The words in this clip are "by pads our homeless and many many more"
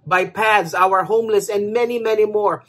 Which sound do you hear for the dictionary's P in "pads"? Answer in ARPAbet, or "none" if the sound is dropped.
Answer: P